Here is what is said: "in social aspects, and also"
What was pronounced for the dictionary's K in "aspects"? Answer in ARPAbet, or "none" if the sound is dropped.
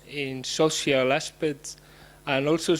none